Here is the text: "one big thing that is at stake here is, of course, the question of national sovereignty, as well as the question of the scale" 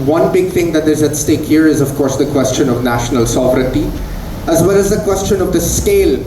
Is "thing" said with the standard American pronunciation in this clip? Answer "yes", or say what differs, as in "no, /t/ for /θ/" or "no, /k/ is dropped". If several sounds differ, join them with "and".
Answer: no, /t/ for /θ/